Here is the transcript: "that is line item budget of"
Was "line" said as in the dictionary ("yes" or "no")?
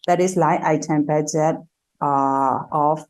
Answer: no